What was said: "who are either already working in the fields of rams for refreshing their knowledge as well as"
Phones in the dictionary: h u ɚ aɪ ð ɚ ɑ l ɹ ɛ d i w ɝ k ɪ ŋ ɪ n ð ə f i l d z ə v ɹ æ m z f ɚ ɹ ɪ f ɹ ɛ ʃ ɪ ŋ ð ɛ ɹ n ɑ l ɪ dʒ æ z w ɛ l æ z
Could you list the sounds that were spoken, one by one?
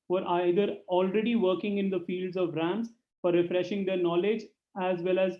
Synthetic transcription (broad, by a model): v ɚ aɪ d ɚ ɑ l ɹ ɛ d i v ɝ k ɪ ŋ ɪ n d ə f i l d z ə v ɹ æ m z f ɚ ɹ ɪ f ɹ ɛ ʃ ɪ ŋ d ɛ ɹ n ɑ l ɪ dʒ æ z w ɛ l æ z